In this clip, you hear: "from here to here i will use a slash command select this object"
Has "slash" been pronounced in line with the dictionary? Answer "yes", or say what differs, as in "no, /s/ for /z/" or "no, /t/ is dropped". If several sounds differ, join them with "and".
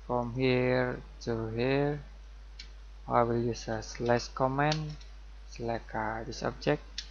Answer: no, /s/ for /ʃ/